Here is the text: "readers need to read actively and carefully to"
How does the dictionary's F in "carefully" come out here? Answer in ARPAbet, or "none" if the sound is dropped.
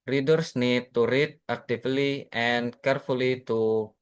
F